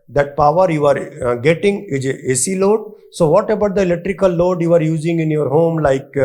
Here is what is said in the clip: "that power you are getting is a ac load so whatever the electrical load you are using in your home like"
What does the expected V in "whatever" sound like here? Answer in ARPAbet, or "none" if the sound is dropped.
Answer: B